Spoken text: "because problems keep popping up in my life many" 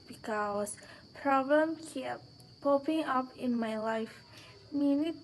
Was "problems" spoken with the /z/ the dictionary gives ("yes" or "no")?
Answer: no